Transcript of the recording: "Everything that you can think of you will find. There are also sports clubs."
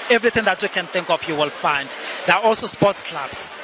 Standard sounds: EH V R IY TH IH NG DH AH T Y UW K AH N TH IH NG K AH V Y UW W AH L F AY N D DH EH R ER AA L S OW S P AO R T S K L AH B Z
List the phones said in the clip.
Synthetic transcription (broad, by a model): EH V R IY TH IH NG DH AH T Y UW K AH N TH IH NG K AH F Y UW W AH L F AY N D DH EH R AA AA L S OW S P AO T S K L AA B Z